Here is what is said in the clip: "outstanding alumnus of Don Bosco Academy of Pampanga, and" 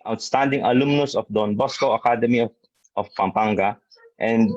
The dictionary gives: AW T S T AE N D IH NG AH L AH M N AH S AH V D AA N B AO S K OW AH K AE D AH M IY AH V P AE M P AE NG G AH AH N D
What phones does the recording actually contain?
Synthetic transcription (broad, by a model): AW T S T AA N D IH NG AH L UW M N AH S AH F D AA N B AO S K OW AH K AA D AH M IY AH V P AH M P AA NG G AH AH N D